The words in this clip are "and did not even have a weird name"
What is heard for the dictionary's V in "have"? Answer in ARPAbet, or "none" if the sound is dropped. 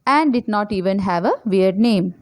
V